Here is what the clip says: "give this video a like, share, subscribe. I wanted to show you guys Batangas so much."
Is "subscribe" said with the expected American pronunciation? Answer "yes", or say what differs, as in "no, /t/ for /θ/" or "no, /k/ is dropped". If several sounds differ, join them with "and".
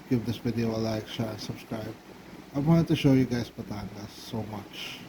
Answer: yes